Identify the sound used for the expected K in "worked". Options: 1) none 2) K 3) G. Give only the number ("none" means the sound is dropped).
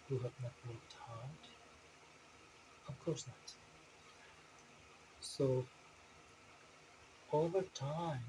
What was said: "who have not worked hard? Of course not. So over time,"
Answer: 1